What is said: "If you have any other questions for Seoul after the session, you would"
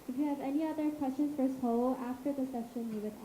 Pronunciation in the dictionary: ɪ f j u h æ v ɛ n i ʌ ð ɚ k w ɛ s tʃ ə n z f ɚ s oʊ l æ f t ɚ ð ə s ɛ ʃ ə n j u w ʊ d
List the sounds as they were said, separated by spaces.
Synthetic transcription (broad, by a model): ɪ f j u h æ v ɛ n i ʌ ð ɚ k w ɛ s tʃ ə n f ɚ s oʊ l æ f t ɚ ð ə s ɛ ʃ ə n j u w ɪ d